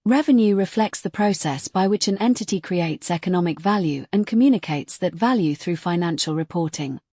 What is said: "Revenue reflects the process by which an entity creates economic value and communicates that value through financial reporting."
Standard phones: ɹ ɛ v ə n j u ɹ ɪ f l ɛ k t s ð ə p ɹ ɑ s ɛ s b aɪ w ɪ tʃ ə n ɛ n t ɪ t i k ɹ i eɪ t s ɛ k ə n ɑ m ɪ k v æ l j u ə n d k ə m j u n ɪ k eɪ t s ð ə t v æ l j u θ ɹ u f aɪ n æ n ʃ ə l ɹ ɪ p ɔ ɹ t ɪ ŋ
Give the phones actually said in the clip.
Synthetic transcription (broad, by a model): ɹ ɛ v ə n j u ɹ ɪ f l ɛ k t s ð ə p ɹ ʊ s ɛ s b aɪ w ɪ tʃ ə n ɛ n t ɪ t i k ɹ i eɪ t s ɛ k ə n ɑ m ɪ k v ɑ l j u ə n k ə m j u n ɪ k eɪ t s ð ə t v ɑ l j u θ ɹ u f aɪ n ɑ n ʃ ə l ɹ ɪ p ɔ t ɪ ŋ